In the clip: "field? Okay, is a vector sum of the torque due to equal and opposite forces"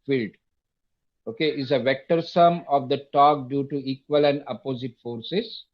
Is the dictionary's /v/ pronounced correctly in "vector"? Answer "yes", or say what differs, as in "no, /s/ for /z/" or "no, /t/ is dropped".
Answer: yes